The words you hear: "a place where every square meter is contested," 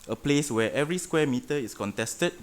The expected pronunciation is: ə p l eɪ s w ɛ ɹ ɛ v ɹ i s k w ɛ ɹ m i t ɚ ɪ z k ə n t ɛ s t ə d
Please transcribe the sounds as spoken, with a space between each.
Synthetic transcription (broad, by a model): ə p l eɪ s w ɛ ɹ ɛ v ɹ i s k w ɛ m i t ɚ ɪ s k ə n t ɛ s t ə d